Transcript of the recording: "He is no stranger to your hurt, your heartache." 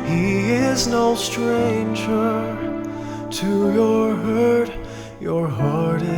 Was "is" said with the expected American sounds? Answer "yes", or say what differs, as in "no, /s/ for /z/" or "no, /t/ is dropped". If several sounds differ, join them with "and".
yes